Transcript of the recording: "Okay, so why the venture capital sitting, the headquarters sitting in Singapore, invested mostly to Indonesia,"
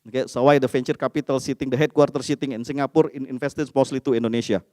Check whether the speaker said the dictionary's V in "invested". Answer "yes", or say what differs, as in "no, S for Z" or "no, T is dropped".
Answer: no, F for V